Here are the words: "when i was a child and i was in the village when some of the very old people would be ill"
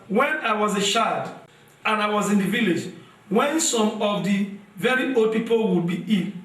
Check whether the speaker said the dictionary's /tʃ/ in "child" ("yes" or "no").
no